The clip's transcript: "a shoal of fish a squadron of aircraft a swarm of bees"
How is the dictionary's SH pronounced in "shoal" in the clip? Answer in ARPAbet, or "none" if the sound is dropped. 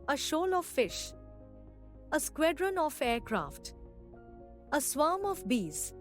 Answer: SH